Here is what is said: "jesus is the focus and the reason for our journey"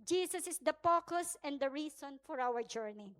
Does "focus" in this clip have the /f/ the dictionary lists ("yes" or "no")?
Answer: no